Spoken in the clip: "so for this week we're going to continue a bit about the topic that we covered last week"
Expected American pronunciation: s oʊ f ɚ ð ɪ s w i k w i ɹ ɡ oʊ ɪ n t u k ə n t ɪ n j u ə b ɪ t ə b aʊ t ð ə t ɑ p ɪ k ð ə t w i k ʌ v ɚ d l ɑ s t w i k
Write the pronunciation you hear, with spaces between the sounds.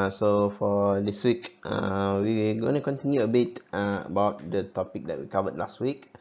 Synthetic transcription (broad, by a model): s oʊ f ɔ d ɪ s w i k w i w ɡ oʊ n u k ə n t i n j u ə b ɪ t ə b aʊ t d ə t ɑ p ɪ k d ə t w i k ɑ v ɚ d l ɑ s t w i k